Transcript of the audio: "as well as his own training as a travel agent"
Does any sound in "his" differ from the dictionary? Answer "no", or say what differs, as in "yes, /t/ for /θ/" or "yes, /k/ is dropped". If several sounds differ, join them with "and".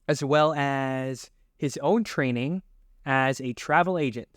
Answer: no